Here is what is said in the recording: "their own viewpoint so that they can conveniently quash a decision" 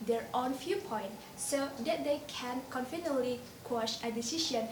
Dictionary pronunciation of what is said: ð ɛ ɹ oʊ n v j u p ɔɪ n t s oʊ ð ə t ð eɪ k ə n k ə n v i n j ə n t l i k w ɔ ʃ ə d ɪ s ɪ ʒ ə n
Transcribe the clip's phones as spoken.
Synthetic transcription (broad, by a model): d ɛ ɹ oʊ n f j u p ɔɪ n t s oʊ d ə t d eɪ k ə n k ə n f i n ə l i k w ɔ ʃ ə d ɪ s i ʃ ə n